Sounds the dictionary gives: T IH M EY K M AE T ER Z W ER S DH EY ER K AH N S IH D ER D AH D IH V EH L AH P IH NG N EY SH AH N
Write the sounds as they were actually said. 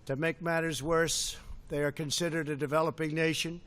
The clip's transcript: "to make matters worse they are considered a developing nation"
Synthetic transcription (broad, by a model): T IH M EY K M AE T ER Z W ER S DH EY ER K AH N S IH D ER D AH D IH V EH L AH P IH NG N EY SH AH N